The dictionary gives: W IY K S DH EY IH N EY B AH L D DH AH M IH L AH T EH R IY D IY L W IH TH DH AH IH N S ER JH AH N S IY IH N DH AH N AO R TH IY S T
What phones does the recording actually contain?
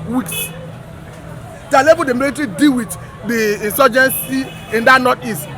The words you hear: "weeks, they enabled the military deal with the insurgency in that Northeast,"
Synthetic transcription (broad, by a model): W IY K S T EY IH L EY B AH D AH M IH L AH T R IY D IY W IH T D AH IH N S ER JH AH N S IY IH N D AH N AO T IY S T